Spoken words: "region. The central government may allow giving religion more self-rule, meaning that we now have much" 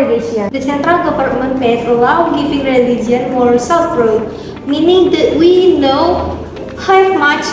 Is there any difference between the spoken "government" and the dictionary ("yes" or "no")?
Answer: yes